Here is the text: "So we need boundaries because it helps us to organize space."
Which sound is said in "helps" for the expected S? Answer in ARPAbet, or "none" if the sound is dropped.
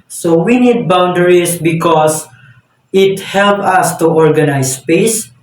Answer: none